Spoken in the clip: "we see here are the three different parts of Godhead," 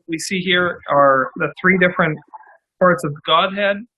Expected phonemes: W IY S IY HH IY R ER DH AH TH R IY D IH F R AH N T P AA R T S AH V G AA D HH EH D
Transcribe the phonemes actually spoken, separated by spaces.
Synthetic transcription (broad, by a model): W IY S IY HH IY R ER DH AH TH R IY D IH F R AH N T P AA R T S AH V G AA D HH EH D